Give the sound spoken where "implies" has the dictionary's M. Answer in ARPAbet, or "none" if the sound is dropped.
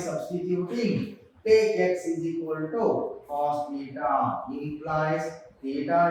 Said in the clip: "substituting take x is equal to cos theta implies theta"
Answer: none